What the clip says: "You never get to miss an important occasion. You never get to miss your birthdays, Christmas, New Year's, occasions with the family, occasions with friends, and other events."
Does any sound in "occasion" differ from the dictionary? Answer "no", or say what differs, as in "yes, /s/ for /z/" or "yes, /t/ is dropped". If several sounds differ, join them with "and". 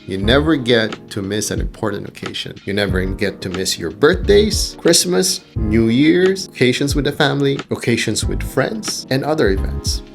yes, /ʃ/ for /ʒ/